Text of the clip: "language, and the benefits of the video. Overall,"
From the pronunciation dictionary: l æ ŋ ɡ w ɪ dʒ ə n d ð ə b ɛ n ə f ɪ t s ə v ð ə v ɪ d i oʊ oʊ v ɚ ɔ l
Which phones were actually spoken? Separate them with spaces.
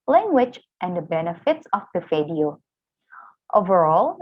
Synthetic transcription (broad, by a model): l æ ŋ ɡ w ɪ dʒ ə n d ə b ɛ n ə f ɪ t s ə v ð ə f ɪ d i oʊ oʊ v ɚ ɔ l